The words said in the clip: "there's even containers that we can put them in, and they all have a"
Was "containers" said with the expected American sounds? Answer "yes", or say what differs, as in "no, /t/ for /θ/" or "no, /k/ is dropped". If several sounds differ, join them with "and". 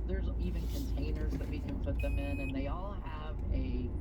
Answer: yes